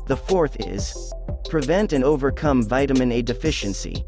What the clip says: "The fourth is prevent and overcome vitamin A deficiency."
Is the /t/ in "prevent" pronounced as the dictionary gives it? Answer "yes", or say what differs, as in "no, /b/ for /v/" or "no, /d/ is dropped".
yes